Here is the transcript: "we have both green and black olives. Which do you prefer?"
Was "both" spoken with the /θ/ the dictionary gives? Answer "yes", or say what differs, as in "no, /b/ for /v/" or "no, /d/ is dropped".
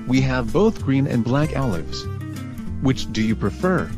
yes